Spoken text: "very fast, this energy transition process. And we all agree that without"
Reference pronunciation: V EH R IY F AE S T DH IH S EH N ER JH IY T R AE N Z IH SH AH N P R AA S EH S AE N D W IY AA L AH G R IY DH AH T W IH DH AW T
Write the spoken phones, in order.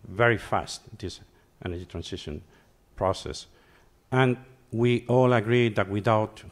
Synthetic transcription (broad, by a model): V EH R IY F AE S T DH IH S EH N ER JH IY T R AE N S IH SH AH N P R AA S EH S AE N W IY AA L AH G R IY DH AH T W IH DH AW T